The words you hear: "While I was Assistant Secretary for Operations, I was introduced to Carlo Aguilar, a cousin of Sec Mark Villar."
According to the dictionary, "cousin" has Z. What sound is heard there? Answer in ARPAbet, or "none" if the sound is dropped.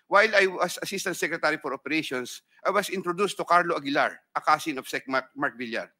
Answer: S